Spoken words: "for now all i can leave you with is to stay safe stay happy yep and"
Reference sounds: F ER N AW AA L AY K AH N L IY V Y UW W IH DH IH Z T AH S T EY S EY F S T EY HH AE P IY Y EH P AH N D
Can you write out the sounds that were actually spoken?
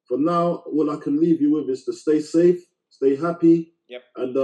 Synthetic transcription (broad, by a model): F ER N AW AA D AY K AH N L IY V Y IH W IH DH IH Z T AH S T EY S EY F S T EY HH AE P IY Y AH N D